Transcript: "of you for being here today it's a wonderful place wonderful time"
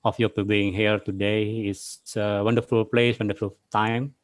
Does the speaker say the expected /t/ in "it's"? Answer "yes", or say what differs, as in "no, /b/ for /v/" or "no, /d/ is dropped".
no, /s/ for /t/